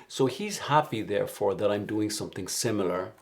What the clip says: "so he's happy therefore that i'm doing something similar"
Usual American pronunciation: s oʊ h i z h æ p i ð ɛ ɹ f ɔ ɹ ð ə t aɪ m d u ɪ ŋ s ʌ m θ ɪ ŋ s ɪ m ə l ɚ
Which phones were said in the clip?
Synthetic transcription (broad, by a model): s oʊ h i z h æ p i ð ɛ ɹ f ɔ ɹ ð ə t aɪ m d u ɪ ŋ s ʌ m θ ɪ ŋ s ɪ m l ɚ